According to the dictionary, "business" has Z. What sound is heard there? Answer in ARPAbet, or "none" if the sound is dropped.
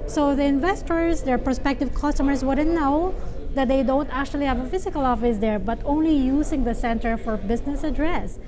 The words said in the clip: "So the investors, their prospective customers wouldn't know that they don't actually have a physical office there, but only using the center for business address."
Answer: S